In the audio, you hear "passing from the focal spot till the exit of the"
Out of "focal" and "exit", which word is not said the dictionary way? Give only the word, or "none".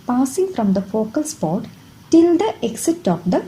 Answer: none